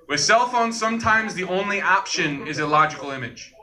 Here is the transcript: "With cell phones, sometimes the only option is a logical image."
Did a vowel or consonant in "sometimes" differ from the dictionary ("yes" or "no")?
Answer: no